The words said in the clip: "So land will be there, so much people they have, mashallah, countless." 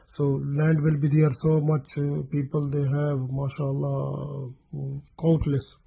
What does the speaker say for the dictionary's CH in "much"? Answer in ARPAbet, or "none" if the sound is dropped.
CH